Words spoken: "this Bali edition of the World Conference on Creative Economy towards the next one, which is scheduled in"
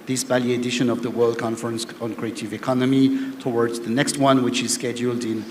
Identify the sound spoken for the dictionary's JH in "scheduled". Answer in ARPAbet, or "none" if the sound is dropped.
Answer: JH